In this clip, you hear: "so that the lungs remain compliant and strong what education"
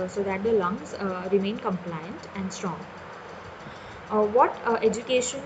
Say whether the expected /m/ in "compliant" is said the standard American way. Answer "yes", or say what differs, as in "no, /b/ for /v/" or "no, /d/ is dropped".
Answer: yes